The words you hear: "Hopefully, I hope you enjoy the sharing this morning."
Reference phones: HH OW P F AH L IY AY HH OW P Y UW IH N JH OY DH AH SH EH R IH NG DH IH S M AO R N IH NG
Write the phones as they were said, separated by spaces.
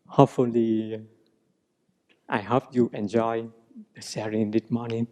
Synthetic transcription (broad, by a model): HH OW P F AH L IY AY HH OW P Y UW IH N JH OY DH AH S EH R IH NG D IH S M AO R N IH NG